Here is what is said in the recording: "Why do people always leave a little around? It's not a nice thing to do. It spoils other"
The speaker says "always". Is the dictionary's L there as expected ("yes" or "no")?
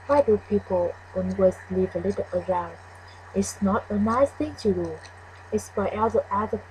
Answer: no